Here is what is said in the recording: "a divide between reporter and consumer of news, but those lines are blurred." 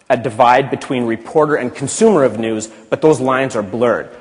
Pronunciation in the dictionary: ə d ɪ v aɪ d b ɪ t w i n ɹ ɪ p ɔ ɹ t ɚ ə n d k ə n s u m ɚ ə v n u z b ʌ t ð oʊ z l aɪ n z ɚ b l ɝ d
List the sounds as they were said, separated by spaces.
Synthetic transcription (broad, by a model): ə d ɪ v aɪ d b ɪ t w i n ɹ ɪ p ɔ ɹ t ɚ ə n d k n s u m ɚ ə v n u z b ʌ t ð oʊ z l aɪ n z ɚ b l ɝ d